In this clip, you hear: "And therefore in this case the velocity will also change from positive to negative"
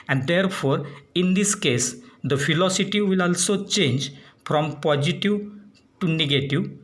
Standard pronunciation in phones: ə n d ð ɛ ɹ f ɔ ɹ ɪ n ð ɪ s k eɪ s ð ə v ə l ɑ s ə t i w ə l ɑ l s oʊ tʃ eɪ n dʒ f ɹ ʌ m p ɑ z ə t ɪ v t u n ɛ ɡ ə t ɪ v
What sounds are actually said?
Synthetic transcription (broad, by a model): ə n d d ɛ ɹ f ɔ ɹ ɪ n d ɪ s k eɪ s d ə f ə l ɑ s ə t i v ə l ɑ l s oʊ tʃ eɪ n dʒ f ɹ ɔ m p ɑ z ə t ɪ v t u n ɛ ɡ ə t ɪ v